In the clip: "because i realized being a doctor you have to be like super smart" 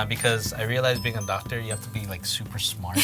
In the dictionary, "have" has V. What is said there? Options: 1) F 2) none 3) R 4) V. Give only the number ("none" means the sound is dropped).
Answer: 1